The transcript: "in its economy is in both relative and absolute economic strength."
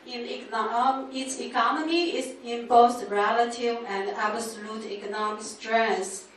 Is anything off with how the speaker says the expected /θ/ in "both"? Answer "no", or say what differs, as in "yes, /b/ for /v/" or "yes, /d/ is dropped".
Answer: yes, /s/ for /θ/